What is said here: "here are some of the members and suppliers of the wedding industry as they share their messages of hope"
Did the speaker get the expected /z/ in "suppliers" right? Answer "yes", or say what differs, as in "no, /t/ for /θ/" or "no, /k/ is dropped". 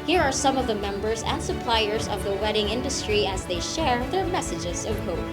yes